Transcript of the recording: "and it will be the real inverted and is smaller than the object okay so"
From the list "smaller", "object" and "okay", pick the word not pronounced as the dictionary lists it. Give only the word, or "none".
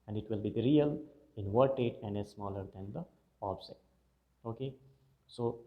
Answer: object